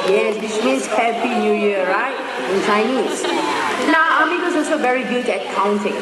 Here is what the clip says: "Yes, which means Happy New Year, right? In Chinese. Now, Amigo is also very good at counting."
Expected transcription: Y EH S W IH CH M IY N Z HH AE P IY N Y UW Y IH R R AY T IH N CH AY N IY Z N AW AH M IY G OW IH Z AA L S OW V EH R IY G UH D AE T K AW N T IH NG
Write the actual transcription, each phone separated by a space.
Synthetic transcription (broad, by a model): Y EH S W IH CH M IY N S HH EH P IY N Y UW Y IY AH R AY T IH N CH AY N IY S N AW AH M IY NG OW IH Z AA L S OW V EH R IY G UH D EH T K AW N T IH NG